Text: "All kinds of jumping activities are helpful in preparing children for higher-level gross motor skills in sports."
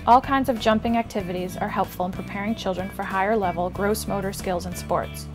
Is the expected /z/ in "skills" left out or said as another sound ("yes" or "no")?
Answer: no